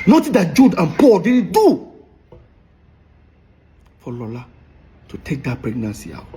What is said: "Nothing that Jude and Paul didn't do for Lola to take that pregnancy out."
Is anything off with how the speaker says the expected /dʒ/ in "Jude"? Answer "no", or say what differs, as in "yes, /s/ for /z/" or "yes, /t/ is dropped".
no